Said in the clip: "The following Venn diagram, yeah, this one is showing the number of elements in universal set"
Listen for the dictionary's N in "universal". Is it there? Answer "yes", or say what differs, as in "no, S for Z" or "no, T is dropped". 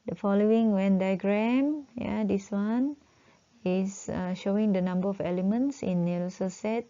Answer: no, L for N